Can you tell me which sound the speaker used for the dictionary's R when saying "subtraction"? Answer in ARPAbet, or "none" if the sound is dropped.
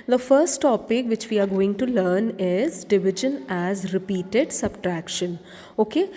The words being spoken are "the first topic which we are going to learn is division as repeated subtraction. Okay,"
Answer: R